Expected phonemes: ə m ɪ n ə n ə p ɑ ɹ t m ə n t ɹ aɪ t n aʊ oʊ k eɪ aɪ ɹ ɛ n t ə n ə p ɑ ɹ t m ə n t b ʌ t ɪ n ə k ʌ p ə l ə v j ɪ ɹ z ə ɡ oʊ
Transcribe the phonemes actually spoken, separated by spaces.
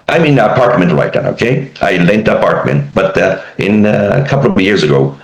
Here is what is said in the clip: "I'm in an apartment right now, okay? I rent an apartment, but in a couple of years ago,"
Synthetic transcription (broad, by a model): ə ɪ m ə n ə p ɑ ɹ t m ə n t l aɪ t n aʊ oʊ k eɪ aɪ l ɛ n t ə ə p ɑ ɹ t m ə n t b ʌ t ɪ n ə k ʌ p l ə v j ɪ ɹ z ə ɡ oʊ